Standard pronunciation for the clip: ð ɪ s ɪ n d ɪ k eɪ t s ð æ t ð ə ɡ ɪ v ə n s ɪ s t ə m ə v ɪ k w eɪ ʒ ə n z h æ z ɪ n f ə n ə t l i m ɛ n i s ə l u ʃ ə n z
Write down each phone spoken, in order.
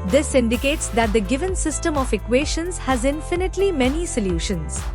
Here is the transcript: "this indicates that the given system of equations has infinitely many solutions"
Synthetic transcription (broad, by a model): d ɪ s ɪ n d ɪ k eɪ t s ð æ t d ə ɡ ɪ v ə n s ɪ s t ə m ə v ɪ k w eɪ ʃ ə n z h æ z ɪ n f ə n ə t l i m ɛ n i s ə l u ʃ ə n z